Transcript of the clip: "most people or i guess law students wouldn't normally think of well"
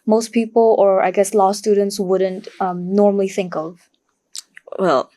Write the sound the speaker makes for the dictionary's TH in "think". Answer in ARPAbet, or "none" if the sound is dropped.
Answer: TH